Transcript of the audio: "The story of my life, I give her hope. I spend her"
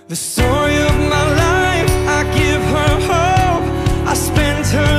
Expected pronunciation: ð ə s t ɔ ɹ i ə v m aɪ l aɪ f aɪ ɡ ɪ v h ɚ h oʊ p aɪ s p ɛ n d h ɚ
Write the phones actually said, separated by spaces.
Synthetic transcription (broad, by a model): ð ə s t ɔ ɹ i ə v m aɪ l aɪ f aɪ ɡ ɪ v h ɚ h oʊ p aɪ s p ɛ n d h ɚ